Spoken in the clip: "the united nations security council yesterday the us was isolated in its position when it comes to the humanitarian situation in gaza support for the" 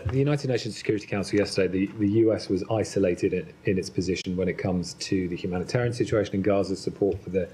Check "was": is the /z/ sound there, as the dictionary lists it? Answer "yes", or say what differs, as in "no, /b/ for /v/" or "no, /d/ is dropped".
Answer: yes